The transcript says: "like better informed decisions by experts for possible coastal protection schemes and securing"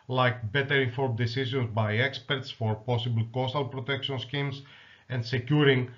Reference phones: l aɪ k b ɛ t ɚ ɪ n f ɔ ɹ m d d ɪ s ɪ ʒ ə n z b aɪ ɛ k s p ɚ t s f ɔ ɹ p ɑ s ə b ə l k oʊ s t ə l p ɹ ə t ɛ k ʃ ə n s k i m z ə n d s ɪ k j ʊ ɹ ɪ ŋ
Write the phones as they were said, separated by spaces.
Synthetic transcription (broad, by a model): l aɪ k b ɛ t ɚ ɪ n f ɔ ɹ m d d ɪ s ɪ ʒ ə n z b aɪ ɛ k s p ɚ t s f ɔ ɹ p ɑ s ə b ə l k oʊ s t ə l p ɹ ə t ɛ k ʃ ə n s k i m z ə n d s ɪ k j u ɹ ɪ ŋ